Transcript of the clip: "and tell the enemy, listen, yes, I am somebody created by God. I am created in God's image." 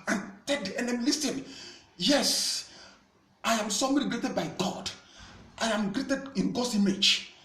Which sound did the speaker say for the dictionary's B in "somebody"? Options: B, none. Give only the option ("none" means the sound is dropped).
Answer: none